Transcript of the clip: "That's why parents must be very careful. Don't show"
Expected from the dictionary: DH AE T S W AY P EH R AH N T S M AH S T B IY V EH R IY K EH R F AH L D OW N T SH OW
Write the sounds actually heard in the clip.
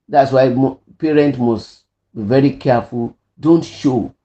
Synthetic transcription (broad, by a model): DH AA T S W AY P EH R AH N T M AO S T B IY V EH R IY K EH F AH L D OW N T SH OW